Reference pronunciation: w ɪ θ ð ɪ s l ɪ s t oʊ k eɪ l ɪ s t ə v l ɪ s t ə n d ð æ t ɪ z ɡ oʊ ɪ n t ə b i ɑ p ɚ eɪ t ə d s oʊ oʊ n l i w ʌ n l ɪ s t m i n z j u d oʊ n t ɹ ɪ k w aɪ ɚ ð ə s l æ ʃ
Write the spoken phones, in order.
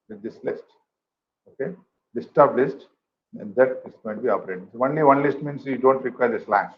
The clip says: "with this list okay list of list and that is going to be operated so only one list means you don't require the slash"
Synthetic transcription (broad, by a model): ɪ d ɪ s l ɪ s t oʊ k eɪ l ɪ s t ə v l ɪ s t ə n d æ t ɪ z ɡ oʊ ɪ n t b i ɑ p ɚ eɪ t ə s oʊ oʊ n l i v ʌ n l ɪ s t m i n s j u d oʊ n t ɹ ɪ k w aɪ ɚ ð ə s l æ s